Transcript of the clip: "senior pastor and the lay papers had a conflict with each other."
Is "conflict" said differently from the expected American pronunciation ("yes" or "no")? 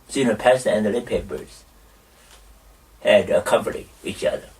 yes